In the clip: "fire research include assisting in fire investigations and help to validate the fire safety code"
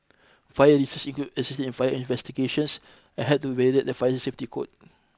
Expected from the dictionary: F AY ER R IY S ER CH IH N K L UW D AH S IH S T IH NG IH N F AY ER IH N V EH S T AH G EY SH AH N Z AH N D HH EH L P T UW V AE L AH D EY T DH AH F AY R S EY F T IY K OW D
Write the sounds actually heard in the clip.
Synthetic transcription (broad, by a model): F AY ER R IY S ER S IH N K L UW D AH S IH S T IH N IH N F AY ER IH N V EH S T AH G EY SH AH N S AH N HH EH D T UW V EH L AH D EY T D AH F AY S S EY F T IY K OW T